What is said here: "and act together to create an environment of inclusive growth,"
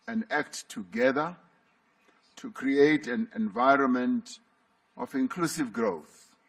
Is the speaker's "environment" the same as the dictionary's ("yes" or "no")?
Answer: yes